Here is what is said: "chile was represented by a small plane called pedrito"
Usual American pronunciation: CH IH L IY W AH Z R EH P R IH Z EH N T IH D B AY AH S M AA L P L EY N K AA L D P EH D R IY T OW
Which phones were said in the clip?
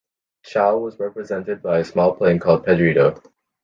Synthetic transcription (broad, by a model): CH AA IY W AH Z R EH P R IH Z EH N T IH D B AY AH S M AA L P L EY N K AA L D P EH D R IY T OW